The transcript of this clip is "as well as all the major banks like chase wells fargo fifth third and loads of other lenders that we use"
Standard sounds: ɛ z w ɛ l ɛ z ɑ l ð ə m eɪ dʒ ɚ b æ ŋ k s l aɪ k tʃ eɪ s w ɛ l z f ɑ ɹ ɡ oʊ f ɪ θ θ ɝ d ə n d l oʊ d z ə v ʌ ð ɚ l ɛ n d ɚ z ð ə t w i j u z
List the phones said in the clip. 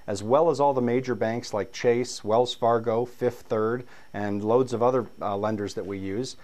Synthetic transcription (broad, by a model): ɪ z w ɛ l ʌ z ɑ l ð ə m eɪ dʒ ɚ b æ ŋ k s l aɪ k tʃ eɪ s w ɛ l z f ɑ ɹ ɡ oʊ f ɪ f θ ɝ d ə n l oʊ d z ə v ʌ ð ɚ l ɛ n d ɚ z ð ə t w i j u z